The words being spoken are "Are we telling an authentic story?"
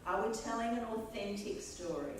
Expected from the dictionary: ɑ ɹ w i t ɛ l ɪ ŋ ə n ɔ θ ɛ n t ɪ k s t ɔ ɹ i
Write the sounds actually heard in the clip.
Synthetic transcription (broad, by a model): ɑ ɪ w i t ɛ l ɪ ŋ ə n ɔ θ ɛ n t ɪ k s t ɔ ɹ i